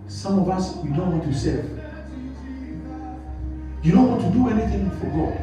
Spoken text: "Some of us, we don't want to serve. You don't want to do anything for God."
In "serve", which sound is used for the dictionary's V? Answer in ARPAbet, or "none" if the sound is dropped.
F